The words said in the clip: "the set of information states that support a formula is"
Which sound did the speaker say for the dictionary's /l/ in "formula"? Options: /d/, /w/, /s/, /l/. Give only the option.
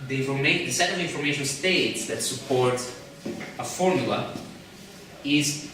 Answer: /l/